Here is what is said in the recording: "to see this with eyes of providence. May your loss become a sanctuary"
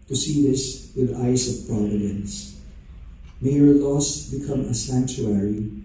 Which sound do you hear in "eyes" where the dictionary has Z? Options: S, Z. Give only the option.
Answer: S